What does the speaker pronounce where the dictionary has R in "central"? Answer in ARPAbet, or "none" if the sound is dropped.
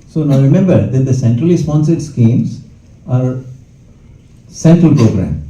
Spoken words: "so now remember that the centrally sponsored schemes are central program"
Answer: R